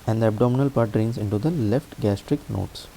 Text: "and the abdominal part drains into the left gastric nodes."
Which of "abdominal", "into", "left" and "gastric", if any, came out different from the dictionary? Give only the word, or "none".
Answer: none